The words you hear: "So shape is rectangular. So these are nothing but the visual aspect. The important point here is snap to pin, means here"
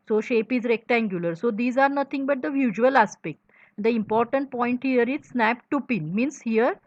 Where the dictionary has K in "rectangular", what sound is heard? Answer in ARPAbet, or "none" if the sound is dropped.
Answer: K